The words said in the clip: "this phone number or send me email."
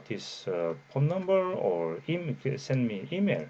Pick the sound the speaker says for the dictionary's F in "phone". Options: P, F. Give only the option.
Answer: P